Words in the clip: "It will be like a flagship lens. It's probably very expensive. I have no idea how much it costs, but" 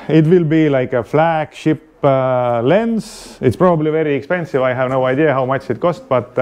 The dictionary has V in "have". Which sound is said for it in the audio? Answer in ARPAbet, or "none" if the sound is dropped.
V